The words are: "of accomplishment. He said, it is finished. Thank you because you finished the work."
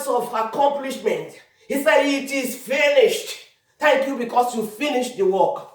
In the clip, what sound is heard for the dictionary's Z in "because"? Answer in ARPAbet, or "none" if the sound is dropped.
S